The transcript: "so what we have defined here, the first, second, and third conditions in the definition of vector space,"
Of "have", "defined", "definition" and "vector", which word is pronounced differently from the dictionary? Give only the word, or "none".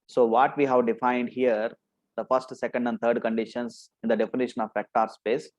vector